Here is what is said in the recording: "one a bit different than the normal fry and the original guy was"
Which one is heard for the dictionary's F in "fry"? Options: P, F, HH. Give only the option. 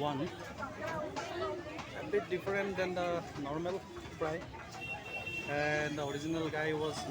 P